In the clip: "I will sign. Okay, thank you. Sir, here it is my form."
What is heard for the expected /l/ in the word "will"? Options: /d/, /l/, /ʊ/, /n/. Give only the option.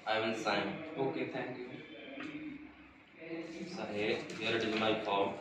/n/